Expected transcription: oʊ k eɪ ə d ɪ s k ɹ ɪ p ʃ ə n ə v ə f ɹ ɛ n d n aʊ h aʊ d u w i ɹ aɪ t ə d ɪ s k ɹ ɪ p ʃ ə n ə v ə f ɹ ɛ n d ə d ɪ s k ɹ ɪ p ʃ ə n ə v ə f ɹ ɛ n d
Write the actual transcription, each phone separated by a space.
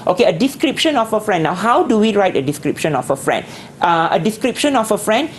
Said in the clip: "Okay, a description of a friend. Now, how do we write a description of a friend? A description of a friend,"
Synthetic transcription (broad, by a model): oʊ k eɪ ə d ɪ s k ɹ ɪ p ʃ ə n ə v ə f ɹ ɛ n d n aʊ h aʊ d u w i ɹ aɪ t ə d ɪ s k ɹ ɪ p ʃ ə n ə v ə f ɹ ɛ n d ə d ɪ s k ɹ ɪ p ʃ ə n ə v ə f ɹ ɛ n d